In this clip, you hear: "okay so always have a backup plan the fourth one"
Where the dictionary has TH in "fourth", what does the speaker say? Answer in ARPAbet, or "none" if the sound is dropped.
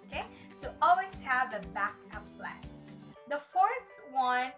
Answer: TH